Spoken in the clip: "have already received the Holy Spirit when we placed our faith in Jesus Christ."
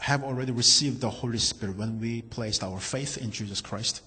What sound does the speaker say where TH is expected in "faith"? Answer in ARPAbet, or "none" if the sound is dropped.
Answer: TH